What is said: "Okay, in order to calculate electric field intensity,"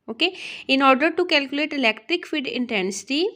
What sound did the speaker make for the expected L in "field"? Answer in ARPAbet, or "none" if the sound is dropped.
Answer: none